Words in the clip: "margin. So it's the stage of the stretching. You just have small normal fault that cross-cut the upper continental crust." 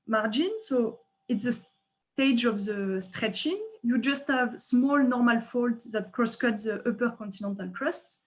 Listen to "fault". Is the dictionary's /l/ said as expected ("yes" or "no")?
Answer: yes